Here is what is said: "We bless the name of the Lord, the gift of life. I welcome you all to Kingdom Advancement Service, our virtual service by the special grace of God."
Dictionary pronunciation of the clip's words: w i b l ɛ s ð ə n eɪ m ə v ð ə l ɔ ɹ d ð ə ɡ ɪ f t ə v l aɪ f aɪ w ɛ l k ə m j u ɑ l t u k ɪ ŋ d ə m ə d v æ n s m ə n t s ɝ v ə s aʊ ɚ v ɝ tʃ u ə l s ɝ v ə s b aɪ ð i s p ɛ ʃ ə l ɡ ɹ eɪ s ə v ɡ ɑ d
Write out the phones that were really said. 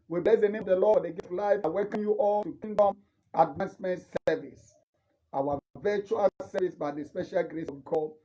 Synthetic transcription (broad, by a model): w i b l ɛ s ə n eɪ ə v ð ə l ɔ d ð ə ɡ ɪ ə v l aɪ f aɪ w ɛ k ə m j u ɑ l t u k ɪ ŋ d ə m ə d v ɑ n s m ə n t s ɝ v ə s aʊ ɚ v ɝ tʃ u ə s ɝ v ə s b aɪ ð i s p ɛ ʃ ə l ɡ ɹ eɪ s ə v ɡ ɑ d